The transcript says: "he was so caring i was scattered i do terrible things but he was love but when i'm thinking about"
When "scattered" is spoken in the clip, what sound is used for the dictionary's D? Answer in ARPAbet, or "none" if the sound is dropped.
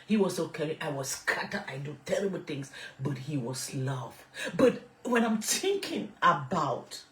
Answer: none